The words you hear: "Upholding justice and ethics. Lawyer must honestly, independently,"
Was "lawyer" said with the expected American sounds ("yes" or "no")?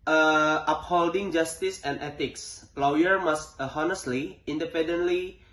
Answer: yes